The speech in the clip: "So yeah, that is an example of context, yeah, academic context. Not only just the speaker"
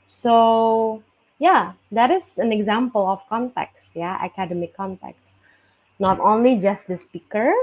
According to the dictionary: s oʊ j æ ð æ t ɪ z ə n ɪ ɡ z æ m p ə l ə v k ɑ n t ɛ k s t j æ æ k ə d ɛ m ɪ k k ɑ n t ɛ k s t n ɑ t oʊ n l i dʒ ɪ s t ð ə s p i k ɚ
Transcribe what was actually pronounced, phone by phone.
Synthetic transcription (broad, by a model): s oʊ j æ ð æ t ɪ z ə n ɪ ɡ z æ m p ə l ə f k ɑ n t ɛ k s t j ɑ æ k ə d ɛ m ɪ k k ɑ n t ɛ k s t n ɑ t oʊ n l i dʒ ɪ s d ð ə s p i k ɚ